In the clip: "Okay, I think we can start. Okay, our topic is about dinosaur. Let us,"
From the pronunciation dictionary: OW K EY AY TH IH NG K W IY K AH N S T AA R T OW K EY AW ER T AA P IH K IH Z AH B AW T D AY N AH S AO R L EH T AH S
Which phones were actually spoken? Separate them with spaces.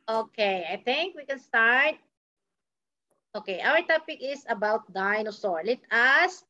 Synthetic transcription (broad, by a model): OW K EY AY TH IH NG K W IY K AH N S T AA R T OW K EY AW ER T AA P IH K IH S AH B AW T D AY N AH S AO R L EH T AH S